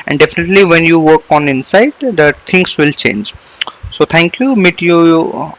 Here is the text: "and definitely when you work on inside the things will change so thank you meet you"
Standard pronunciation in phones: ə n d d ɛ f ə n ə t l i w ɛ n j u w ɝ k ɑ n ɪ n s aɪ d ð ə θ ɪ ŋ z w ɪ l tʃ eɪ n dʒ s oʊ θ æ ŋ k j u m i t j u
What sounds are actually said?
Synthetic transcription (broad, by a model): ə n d d ɛ f ə n ə t l i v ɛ n j u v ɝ k ɑ n ɪ n s aɪ d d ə t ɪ ŋ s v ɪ l tʃ eɪ n dʒ s oʊ t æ ŋ k j u m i t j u